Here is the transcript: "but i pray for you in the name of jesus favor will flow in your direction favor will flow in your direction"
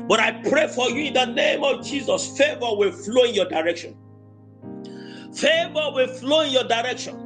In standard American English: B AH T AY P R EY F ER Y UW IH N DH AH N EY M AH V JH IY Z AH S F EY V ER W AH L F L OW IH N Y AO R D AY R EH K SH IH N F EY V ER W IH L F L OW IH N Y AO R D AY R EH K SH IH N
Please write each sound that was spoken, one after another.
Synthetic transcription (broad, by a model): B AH T AY P R EY F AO Y UW IH N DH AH N EY M AH V JH IY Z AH S F EY V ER W AH L F L OW IH N Y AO D AY R EH K SH IH N F EY V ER W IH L F L OW IH N Y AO D AY R EH K SH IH N